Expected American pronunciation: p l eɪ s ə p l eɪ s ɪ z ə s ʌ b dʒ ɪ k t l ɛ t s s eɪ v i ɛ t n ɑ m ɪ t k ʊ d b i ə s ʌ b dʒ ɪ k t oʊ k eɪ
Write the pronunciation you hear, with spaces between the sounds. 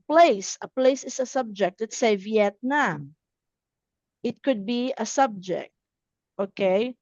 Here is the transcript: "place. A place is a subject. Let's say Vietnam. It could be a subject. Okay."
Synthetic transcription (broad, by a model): p l eɪ s ə p l eɪ s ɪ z ə s ʌ b dʒ ɪ k t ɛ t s s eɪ v i ɛ t n ɑ m ɪ t k ʊ d b i ə s ʌ b dʒ ɪ k t oʊ k eɪ